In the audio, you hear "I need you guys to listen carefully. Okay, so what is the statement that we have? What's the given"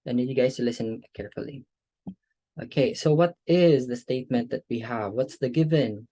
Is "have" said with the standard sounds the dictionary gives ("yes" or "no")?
yes